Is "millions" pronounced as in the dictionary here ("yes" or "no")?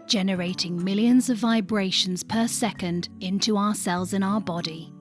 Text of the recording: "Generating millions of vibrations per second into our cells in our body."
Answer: yes